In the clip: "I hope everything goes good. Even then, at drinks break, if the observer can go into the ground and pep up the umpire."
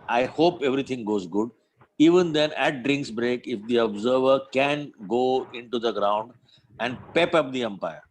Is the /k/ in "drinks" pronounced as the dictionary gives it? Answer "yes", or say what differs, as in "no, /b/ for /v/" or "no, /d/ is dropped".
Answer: yes